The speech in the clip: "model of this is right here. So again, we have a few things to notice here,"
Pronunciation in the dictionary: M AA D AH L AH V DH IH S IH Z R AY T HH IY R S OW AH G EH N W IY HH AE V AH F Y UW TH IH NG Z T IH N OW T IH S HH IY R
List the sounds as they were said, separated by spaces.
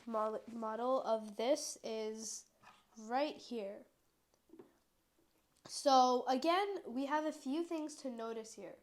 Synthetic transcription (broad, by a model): M AA D L AH V DH IH S IH Z R AY T HH IY R S OW AH G EH N W IY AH V AH F Y UW TH IH NG Z T IH N OW T IH S HH IY R